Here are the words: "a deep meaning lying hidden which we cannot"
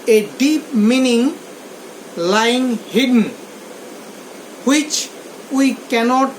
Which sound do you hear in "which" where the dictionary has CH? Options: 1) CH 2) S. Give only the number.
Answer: 1